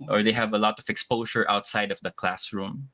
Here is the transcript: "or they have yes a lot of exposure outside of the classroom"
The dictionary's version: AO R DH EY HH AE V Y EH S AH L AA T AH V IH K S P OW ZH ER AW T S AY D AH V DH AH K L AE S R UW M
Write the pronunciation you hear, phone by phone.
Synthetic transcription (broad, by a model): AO R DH EY HH AE V AH L AA T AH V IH K S P OW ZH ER AW T S AY D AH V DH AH K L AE S R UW M